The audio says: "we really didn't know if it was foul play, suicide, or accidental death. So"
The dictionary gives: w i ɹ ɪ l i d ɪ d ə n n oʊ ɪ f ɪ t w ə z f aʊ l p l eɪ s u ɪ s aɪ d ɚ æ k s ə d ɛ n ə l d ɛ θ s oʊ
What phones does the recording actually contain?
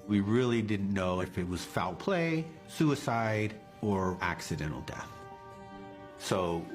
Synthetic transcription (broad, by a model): w i ɹ ɪ l i d ɪ d n n oʊ ɪ f ɪ t w ə z f aʊ l p l eɪ s u ɪ s aɪ d ɚ æ k s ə d ɛ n l d ɛ θ s oʊ